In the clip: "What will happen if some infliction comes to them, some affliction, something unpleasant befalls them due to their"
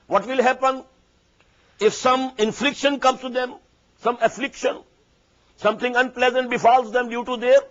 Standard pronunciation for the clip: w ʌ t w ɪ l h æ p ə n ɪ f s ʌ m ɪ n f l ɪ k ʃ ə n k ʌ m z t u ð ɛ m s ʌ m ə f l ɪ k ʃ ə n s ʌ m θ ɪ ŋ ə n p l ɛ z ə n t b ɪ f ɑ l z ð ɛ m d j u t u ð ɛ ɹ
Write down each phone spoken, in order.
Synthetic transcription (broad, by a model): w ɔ t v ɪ l h æ p ə n ɪ f s ʌ m ɪ n f l ɪ k ʃ ə n k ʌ m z t u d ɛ m s ʌ m ə f l ɪ k ʃ ə n s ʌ m t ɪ ŋ ə n p l ɛ z ə n t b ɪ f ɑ l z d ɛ m d j u t u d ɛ ɹ